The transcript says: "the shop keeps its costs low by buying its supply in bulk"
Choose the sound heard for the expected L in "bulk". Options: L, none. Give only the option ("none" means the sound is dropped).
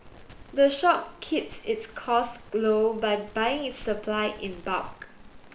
none